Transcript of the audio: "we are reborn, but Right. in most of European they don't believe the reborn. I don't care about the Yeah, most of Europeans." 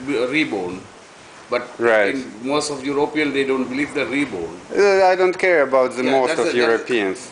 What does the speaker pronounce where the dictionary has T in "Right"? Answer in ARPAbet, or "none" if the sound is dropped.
none